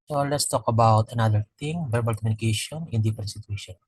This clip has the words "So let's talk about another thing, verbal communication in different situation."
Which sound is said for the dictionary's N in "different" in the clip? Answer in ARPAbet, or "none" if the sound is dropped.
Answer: none